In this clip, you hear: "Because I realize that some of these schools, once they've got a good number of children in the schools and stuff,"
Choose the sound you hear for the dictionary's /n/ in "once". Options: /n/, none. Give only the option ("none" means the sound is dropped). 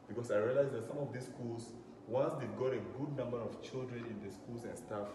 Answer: /n/